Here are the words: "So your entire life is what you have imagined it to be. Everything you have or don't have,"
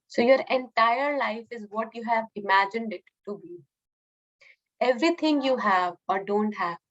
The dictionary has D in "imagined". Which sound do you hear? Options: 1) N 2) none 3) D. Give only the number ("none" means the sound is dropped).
3